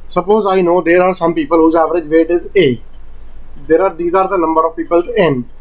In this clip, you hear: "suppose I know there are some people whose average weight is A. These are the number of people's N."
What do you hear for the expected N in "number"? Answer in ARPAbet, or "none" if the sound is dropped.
L